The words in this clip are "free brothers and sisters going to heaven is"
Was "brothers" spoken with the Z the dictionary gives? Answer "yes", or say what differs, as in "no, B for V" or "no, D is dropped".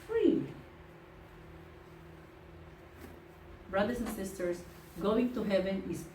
no, S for Z